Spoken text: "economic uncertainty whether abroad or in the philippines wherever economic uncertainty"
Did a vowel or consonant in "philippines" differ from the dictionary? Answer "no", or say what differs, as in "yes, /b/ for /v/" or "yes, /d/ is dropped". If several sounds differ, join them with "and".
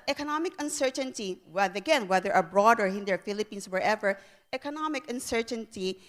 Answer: yes, /s/ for /z/